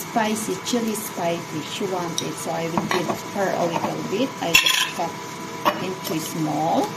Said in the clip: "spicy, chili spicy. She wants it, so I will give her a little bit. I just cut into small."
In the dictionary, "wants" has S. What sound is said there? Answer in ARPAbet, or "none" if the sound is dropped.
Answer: none